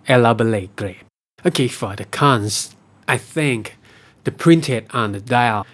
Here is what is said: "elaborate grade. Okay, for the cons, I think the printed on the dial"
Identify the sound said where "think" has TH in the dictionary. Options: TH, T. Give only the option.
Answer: TH